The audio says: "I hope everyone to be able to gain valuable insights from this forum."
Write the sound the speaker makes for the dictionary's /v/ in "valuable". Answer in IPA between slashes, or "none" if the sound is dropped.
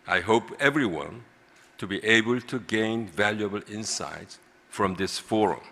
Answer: /v/